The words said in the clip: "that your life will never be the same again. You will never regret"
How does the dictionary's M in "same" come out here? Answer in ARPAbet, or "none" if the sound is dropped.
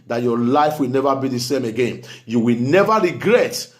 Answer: M